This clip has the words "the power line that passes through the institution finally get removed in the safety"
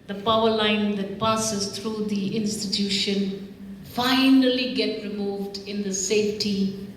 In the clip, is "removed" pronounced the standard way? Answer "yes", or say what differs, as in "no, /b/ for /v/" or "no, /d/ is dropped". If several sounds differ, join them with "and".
yes